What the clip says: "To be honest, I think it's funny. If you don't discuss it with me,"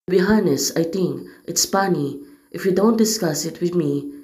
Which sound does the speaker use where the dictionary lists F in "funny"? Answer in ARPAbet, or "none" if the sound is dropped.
P